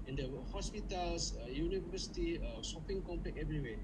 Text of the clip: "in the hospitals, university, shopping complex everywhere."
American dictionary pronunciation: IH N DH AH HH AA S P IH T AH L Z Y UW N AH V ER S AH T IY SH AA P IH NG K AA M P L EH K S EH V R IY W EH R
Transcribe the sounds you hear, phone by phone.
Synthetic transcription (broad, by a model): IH N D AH HH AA S P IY T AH L S Y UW N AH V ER S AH T IY S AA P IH NG K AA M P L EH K EH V R IY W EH